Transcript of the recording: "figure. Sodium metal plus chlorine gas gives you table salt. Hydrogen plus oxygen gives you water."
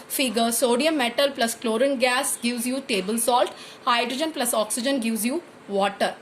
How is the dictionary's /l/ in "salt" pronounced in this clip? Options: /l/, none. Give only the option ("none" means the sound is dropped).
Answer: /l/